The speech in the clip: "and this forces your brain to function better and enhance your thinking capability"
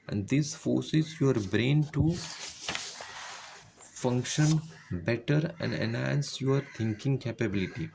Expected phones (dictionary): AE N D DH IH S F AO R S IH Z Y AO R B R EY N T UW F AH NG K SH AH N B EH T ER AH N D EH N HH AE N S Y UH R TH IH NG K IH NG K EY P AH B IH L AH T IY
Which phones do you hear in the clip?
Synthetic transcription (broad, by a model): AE N D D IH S F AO R S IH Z Y AO R B R EY N T UW F AH NG K SH AH N B EH T ER AH N D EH N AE N S Y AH R T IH NG K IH NG K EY P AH B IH L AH T IY